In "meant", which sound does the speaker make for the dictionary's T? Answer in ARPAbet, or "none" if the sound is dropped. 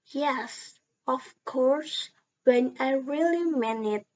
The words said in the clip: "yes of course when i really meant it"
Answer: none